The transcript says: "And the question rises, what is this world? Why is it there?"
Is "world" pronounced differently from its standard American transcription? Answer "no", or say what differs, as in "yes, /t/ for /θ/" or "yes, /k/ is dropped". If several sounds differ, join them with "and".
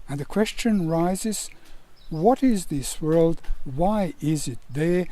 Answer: no